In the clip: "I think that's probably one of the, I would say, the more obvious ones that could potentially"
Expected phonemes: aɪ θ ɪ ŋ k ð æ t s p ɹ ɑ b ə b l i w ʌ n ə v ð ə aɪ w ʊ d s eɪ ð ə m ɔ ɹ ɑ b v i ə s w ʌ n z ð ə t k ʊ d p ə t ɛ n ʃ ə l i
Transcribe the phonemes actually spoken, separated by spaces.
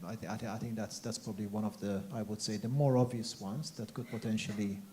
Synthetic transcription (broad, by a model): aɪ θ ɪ ŋ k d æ t s p ɹ ɑ b ə b l i w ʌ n ə v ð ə aɪ w ʊ d s eɪ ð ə m ɔ ɹ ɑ v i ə s w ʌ n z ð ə t k ʊ d p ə t ɛ n ʃ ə l i